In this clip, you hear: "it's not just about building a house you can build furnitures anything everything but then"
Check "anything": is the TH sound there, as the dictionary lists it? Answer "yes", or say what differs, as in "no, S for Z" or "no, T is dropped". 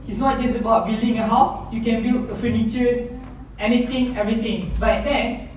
no, T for TH